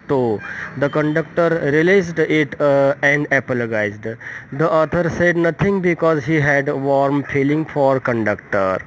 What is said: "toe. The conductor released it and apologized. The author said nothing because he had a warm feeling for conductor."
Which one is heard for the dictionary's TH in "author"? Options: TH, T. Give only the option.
T